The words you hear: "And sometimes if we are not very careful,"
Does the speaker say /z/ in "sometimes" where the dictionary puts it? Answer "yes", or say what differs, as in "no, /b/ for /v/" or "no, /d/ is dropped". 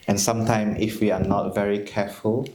no, /z/ is dropped